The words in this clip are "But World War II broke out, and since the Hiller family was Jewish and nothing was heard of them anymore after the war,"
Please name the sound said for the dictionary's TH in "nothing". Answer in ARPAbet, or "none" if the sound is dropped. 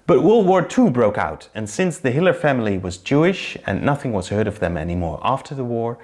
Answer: TH